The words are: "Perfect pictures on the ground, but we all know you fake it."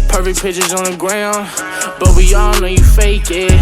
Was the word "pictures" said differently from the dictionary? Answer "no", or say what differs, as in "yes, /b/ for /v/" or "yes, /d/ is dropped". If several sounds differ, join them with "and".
yes, /k/ is dropped